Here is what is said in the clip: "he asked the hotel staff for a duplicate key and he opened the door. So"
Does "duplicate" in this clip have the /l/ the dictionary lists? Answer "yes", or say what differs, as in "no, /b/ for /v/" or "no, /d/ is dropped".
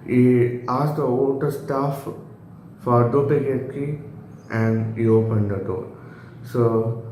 no, /l/ is dropped